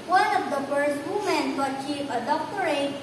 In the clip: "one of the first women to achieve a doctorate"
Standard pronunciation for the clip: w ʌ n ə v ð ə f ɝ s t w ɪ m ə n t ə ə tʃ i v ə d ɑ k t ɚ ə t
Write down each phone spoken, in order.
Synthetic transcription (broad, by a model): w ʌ n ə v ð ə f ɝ s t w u m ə n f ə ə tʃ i f ə d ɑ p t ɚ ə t